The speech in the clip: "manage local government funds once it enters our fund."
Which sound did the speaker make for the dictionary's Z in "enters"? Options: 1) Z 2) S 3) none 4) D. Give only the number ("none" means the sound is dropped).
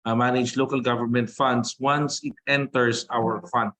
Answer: 2